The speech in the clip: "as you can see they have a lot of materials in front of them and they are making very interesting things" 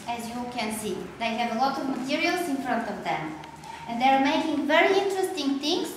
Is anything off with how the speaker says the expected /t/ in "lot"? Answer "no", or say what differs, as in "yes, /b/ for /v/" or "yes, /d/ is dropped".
no